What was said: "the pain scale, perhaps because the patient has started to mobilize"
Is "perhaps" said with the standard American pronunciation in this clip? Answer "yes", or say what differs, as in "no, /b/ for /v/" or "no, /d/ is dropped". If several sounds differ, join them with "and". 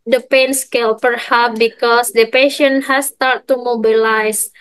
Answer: no, /s/ is dropped